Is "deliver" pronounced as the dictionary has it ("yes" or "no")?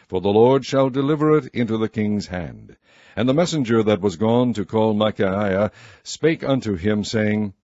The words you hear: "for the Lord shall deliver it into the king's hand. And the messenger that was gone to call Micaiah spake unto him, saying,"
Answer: yes